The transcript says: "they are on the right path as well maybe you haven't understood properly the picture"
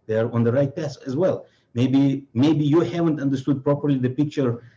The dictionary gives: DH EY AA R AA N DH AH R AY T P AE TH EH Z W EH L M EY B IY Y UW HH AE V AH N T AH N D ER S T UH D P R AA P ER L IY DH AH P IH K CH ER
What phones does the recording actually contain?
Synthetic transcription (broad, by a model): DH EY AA R AA N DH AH R AY T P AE S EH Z W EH L M EY B IY Y UW HH AE V AH N T AH N D ER S T UH D P R AA P ER L IY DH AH P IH K CH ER